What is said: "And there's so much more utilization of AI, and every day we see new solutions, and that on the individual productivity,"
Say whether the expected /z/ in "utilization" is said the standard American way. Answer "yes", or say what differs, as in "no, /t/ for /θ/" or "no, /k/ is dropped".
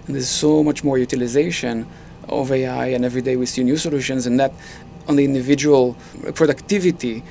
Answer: yes